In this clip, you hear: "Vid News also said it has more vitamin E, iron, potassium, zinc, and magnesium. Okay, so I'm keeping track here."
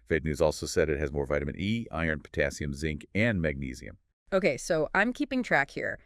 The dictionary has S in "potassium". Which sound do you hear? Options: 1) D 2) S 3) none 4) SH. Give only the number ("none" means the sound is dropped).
2